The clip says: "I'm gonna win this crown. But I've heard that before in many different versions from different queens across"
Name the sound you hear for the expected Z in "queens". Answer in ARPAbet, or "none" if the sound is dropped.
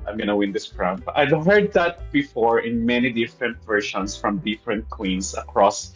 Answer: S